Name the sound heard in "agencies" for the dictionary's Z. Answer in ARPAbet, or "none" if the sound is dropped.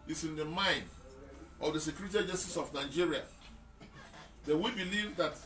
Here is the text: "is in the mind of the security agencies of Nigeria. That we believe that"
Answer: S